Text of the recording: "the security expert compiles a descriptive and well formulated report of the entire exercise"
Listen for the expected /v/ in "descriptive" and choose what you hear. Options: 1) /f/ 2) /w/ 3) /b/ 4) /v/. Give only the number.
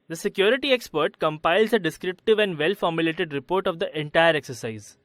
4